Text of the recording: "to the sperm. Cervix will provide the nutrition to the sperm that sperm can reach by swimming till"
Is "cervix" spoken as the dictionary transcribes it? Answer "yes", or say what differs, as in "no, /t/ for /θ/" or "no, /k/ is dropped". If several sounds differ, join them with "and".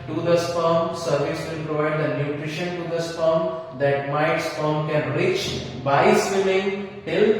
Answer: no, /k/ is dropped